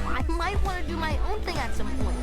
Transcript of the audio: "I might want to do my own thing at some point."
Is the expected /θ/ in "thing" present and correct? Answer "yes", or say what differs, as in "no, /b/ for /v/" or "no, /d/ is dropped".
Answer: yes